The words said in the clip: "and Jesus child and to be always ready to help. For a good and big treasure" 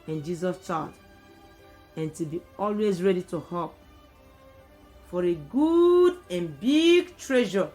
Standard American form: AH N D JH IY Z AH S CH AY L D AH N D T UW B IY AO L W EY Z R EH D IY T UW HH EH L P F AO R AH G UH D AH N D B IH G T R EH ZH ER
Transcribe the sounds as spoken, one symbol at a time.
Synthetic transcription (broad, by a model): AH N JH IY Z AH S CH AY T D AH N T UW B IY AO L W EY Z R EH D IY T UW HH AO P F AO R AH G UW D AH N B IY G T R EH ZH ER